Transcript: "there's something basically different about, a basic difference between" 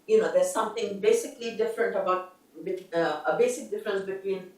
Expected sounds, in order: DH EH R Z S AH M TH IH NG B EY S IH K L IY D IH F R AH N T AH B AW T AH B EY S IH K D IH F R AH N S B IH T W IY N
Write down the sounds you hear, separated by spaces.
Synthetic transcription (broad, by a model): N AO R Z S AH M T IH NG B EY S IH K L IY D IH F R AH N T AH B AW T AH B EY S IH K D IH F R AH N S B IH T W IY N